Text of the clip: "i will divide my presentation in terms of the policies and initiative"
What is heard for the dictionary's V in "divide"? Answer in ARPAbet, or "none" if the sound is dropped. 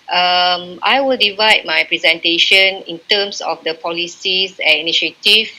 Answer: V